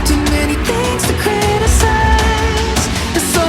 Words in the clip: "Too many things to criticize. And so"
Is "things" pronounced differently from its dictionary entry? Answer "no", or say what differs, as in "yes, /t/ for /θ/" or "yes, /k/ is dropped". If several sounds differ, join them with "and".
no